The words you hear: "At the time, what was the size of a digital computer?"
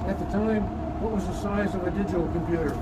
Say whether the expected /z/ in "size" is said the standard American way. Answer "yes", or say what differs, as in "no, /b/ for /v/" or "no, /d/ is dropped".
yes